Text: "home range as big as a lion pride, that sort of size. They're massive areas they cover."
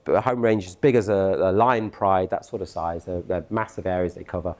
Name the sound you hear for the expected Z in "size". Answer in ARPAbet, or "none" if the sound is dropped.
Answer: Z